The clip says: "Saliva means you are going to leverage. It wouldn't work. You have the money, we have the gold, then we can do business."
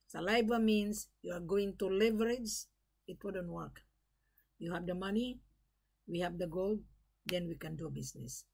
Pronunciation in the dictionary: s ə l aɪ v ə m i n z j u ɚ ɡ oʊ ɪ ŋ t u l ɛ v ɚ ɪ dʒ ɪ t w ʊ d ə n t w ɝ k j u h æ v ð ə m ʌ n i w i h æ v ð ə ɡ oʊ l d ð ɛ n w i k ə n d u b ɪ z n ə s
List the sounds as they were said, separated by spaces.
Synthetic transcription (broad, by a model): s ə l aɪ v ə m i n s j u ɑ ɡ oʊ ɪ ŋ t u l ɛ v ɚ ɪ dʒ ɪ t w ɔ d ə n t w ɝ k j u h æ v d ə m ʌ n i w i h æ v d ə ɡ oʊ l d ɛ n w i k ə n d u b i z n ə s